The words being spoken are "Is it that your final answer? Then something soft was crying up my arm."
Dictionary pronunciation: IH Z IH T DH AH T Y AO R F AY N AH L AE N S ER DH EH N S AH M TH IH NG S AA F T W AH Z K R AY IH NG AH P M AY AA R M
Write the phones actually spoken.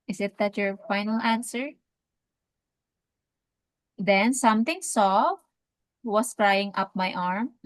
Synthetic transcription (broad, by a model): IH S IH T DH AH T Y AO R F AY N AH L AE N S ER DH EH N S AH M T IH NG S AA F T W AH S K R AY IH NG AH P M AY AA R M